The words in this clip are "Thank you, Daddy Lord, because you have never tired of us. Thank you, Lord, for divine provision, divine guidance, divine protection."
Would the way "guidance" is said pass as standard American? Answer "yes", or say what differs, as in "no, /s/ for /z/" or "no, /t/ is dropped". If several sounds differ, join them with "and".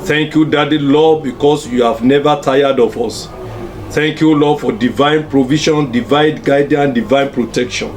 no, /s/ is dropped